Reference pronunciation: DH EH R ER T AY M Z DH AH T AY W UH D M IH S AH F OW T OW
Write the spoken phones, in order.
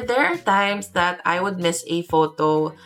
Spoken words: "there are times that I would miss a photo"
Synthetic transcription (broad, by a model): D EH R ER T AY M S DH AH T AY W UH D M IH S AH F OW T OW